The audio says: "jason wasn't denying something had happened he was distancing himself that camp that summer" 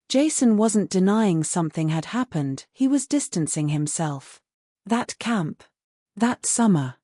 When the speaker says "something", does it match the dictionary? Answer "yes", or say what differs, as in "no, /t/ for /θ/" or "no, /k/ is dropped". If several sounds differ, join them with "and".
yes